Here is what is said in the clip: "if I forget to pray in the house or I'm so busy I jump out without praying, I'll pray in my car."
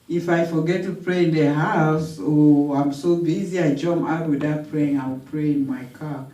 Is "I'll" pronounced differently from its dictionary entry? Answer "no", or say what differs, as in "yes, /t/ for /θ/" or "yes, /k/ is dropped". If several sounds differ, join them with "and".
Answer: yes, /w/ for /l/